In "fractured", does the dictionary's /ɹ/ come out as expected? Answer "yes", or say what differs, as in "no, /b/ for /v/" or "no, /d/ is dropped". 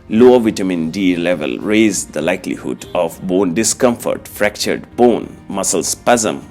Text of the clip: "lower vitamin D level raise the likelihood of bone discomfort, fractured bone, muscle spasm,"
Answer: yes